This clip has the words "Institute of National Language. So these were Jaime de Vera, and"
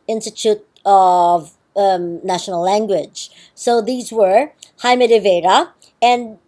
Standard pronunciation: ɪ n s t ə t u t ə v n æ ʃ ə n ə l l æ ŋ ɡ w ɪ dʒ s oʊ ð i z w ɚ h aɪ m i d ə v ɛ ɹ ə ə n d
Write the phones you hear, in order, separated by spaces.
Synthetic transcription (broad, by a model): ɪ n s t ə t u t ə v n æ ʃ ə n l l æ ŋ ɡ w ɪ dʒ s oʊ ð i z w ɚ h aɪ m i d ə v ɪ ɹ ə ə n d